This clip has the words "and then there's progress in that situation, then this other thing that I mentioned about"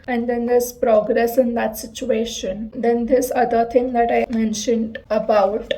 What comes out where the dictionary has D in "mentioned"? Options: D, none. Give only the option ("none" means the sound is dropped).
D